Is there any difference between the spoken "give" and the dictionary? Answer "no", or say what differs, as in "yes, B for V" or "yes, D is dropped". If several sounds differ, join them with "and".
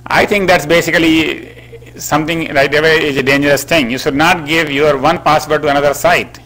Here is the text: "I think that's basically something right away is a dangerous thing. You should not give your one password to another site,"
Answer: no